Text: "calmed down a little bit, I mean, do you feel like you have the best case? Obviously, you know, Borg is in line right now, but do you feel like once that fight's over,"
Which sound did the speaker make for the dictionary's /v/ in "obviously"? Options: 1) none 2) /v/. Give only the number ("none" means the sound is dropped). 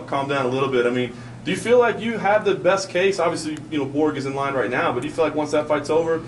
2